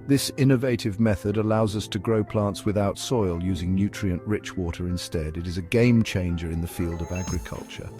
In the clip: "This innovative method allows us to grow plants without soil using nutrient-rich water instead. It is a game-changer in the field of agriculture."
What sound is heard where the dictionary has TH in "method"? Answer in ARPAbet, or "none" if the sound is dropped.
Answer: TH